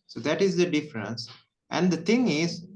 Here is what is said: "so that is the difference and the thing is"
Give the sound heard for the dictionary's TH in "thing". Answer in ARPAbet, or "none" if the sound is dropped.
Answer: T